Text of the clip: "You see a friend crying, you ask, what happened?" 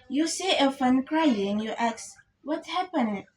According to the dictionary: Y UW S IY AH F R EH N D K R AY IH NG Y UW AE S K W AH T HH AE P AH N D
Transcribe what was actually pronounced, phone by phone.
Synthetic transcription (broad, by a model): Y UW S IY AH F EH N K R AY IH NG Y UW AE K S W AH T HH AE P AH N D